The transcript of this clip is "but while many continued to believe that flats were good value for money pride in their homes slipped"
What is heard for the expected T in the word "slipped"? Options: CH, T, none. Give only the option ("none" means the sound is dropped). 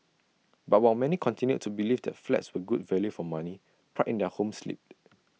none